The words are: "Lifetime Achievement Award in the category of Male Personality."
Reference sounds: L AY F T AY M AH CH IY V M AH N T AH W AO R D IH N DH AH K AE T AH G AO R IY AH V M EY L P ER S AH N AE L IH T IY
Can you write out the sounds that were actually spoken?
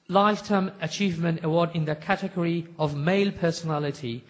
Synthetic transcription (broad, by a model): L AY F T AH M AH CH IY V M AH N T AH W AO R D IH N DH AH K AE T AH G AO R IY AH V M EY L P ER S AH N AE L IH T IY